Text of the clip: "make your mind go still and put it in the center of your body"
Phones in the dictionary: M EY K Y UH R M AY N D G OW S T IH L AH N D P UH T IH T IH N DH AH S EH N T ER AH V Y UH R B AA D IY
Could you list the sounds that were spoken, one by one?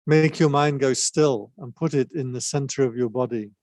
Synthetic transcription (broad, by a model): M EY K Y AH R M AY N G OW S T IH L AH N P UH T IH T IH N DH AH S EH N T ER AH V Y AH R B AA D IY